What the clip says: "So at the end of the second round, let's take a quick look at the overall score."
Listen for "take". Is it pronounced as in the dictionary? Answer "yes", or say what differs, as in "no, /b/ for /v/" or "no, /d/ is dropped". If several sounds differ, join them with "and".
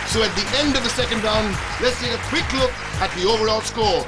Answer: no, /k/ is dropped